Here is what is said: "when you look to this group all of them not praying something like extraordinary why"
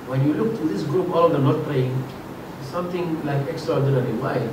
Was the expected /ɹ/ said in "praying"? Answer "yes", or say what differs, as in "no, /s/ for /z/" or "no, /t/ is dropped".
no, /l/ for /ɹ/